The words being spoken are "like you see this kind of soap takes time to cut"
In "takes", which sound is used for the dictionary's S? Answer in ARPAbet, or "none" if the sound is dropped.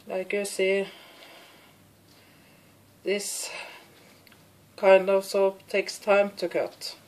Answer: S